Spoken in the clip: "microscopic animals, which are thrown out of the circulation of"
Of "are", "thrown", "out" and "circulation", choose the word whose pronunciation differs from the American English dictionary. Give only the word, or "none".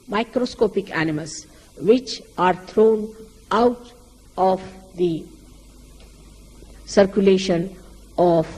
thrown